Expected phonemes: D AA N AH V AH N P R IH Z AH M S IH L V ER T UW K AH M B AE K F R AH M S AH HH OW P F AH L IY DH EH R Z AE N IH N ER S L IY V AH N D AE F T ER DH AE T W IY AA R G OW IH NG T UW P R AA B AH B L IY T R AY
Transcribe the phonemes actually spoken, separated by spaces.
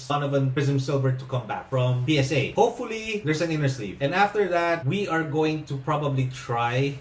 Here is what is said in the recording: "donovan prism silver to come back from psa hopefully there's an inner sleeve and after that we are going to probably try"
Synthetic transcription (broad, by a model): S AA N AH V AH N P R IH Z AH M S IH L V ER T UW K AH M B AE K F R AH M S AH HH OW P F AH L IY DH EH R S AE N IH N ER S L IY P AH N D AE F T ER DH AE T W IY AA R G OW IH NG T UW P R AA B AH B L IY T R AY